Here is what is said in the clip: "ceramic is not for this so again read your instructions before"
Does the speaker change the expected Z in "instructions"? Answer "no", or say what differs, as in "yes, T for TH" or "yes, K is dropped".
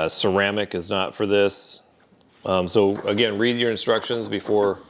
no